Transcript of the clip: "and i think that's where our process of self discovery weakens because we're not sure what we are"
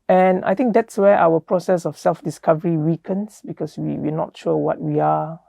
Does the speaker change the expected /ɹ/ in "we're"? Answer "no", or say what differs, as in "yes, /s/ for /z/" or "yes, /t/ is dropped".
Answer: yes, /w/ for /ɹ/